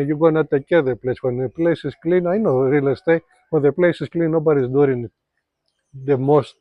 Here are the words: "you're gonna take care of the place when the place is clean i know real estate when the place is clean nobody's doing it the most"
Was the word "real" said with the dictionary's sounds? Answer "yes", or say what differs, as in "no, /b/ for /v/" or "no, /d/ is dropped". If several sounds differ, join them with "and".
yes